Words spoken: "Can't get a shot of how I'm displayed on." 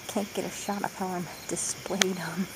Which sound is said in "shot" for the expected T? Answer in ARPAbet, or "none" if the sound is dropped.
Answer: T